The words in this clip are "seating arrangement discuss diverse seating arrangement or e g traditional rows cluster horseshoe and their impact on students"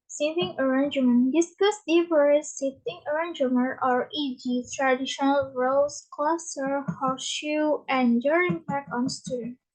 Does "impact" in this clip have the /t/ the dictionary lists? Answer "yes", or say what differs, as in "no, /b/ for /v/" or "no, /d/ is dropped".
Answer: no, /t/ is dropped